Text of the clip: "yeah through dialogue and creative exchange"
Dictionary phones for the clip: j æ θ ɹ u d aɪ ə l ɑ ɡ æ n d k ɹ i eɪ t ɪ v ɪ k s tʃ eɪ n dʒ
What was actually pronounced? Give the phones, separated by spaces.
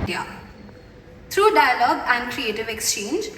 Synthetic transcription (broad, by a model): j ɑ t ɹ u d aɪ ə l ɑ ɡ æ n d k ɹ i eɪ t ɪ v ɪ k s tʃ eɪ n dʒ